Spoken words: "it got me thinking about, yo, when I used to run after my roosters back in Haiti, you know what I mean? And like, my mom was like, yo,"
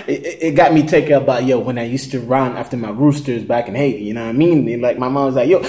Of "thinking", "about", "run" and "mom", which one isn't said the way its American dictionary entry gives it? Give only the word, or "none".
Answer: thinking